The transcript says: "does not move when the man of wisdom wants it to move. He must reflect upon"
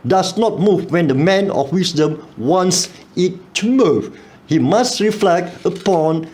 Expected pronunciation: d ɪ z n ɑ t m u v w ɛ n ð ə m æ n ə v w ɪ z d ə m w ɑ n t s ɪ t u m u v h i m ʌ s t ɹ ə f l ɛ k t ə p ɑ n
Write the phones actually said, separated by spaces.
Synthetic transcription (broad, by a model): d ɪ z n ɑ t m u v w ɛ n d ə m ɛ n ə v w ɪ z d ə m w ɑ n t s ɪ t u m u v h i m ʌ s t ɹ ə f l ɛ k t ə p ɑ n